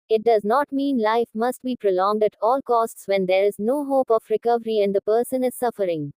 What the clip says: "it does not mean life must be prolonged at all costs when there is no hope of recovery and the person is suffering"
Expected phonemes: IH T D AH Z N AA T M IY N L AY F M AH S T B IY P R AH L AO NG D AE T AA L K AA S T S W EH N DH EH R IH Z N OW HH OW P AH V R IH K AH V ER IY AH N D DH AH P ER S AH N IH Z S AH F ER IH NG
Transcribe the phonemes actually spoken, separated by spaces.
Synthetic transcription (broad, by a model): IH T D AH Z N AA T M IY N L AY F M AH S T B IY P R AH L AO NG D AE T AA L K AA S T S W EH N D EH R IH Z N OW HH OW P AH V R IH K AH V ER IY AH N D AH P ER S AH N IH Z S AH F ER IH NG